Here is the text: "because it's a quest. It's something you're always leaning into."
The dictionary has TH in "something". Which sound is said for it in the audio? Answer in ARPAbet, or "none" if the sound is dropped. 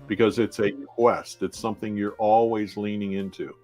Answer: TH